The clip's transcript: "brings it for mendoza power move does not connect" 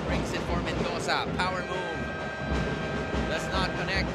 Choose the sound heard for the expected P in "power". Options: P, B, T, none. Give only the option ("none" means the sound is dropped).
P